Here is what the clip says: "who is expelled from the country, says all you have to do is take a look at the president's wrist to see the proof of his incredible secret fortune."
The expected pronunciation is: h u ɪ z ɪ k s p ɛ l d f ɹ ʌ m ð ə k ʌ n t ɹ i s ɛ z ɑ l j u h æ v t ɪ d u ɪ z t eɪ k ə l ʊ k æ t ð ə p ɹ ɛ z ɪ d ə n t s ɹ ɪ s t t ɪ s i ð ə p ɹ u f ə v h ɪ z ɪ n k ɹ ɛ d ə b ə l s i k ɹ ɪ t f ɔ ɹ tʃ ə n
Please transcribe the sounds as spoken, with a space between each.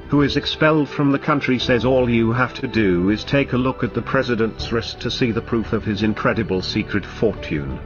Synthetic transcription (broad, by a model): h u ɪ z ɪ k s p ɛ l d f ɹ ʌ m ð ə k ʌ n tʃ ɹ i s ɛ z ɑ l j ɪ h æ f t ɪ d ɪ ɪ z t eɪ k ə l ʊ k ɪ t ð ə p ɹ ɛ z ɪ d ə n t s ɹ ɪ s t t ɪ s i ð ə p ɹ u f ə v ɪ z ɪ n k ɹ ɛ d ə b ə l s i k ɹ ɪ t f ɔ ɹ tʃ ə n